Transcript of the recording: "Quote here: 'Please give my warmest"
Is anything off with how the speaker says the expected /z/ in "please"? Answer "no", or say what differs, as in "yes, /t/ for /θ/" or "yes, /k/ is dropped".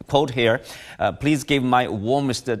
no